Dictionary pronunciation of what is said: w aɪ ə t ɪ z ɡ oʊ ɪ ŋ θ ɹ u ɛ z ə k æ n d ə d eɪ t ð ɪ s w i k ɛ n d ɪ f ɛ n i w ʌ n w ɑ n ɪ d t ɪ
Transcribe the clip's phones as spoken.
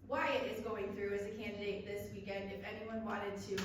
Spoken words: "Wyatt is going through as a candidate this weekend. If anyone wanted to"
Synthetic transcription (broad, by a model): w aɪ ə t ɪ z ɡ oʊ ɪ ŋ θ ɹ u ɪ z ə k æ n d ə d eɪ t ð ɪ s w i k ɛ n d ɪ f ɛ n i w ʌ n w ɑ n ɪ d t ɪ